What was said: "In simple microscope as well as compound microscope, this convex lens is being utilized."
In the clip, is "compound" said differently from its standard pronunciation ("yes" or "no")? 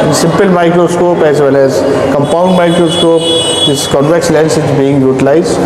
no